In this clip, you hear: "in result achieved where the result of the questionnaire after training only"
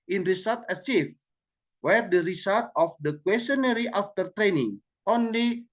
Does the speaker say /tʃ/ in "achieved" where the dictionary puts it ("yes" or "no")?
no